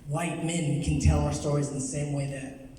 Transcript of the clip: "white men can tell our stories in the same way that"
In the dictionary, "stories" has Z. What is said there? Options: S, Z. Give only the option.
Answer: Z